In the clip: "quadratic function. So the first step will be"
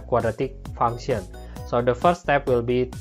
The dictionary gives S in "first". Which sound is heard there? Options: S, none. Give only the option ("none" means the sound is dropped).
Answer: none